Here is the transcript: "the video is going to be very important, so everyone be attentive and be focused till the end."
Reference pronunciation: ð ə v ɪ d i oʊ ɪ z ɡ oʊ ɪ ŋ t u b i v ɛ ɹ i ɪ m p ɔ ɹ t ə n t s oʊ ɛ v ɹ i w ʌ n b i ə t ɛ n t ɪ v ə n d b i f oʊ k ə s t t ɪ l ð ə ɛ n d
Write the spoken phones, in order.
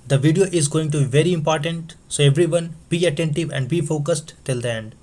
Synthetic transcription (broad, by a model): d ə v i d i oʊ ɪ z ɡ oʊ ɪ ŋ t u b i v ɛ ɹ i ɪ m p ɔ ɹ t ə n t s oʊ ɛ v ɹ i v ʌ n b i ə t ɛ n t ɪ v ə n d b i f oʊ k ə s t t ɪ l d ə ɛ n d